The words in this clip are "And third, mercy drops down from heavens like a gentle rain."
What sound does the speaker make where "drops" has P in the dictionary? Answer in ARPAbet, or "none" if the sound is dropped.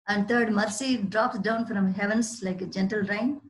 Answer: P